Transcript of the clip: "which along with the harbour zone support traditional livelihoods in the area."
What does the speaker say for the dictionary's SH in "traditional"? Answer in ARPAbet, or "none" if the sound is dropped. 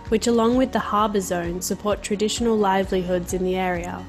SH